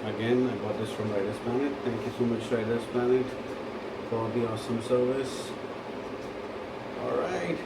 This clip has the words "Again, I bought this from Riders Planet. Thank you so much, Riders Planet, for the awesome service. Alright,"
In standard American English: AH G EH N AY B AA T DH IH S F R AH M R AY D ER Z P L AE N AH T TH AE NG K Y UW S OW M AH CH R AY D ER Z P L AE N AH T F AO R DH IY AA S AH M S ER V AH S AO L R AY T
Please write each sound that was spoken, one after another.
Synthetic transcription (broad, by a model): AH G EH N AY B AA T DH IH S F R AH M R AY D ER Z P L AE N AH T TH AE NG K Y UW S OW M AH CH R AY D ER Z P L AE N AH T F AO L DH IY AA S AH M S ER V AH S AO L R AY T